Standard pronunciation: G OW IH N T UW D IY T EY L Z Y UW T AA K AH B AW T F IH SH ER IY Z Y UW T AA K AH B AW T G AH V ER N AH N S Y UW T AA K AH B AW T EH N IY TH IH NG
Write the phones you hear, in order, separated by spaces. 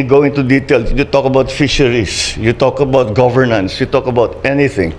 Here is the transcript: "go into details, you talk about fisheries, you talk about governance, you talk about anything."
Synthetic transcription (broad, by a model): G OW IH N T UW D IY T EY L Y UW T AA K AH B AW T F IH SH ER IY S Y UW T AA K AH B AW T G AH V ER N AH N S Y UW T AA K AH B AW T EH N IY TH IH NG